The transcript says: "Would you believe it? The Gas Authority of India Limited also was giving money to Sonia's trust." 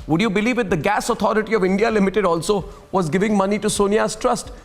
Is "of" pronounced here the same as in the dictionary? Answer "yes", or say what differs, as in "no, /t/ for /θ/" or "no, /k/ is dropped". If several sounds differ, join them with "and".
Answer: yes